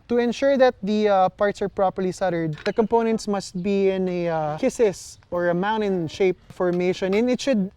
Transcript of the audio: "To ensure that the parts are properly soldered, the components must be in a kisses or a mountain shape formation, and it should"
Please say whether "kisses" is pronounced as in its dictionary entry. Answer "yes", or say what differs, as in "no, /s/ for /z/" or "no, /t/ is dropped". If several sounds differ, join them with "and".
no, /s/ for /z/